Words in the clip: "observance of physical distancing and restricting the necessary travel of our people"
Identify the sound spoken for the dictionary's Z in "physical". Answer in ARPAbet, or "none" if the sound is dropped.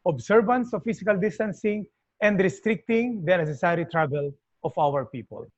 S